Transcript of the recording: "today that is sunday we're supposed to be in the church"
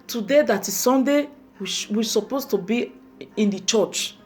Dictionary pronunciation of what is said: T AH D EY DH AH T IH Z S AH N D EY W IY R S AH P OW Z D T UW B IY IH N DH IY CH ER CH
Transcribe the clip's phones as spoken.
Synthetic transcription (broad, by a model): T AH D EY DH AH T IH S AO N D EY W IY W S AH P OW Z T UW B IY IH N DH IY CH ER CH